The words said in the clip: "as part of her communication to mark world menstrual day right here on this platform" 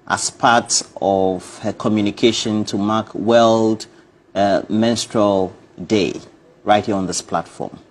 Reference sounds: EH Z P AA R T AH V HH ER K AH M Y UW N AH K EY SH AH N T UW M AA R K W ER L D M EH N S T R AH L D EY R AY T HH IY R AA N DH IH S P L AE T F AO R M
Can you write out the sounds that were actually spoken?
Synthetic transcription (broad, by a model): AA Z P AA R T AH V HH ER K AH M Y UW N AH K EY SH AH N T UW M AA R K W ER L D M EH N S T R AH L D EY R AY T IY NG AA N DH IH S P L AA T F AO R M